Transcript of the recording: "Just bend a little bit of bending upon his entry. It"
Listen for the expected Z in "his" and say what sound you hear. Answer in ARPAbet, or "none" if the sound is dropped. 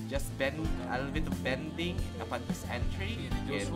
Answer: S